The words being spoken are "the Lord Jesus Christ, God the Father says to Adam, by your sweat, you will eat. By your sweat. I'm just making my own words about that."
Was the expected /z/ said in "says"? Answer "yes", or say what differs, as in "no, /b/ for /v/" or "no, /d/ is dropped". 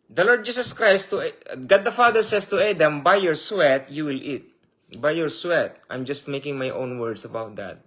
no, /s/ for /z/